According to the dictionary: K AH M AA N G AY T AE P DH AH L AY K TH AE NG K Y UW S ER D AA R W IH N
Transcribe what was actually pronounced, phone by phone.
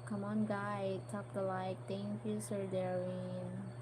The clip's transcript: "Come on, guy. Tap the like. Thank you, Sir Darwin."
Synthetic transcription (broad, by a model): K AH M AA N G AY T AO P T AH L AY K T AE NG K Y UW S ER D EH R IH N